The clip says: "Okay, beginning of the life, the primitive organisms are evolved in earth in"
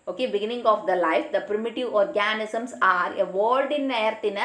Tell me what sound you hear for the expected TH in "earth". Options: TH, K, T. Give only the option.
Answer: T